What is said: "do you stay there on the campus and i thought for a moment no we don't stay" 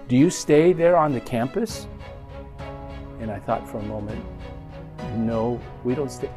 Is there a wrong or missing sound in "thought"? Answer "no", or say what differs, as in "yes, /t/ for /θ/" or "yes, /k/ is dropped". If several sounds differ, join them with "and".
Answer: no